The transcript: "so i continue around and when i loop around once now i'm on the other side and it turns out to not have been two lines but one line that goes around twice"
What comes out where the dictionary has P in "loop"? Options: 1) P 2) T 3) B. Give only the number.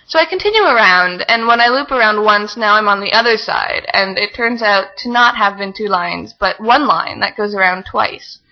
1